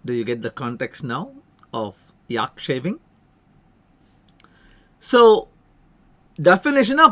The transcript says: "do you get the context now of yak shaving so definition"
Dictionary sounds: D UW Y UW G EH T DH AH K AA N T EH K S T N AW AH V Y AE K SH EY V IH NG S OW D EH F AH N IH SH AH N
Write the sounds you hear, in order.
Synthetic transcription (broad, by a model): D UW Y UW G EH T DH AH K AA N T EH K S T N AW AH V Y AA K SH EY V IH NG S OW D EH F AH N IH SH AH N